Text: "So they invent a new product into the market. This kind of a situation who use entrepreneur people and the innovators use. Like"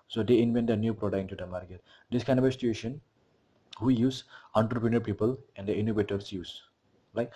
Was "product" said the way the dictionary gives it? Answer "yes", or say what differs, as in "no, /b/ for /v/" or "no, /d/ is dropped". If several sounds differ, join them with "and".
no, /t/ is dropped